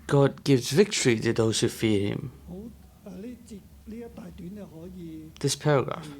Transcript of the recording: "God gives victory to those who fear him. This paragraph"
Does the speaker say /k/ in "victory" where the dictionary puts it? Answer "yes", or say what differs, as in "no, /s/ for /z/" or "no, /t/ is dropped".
yes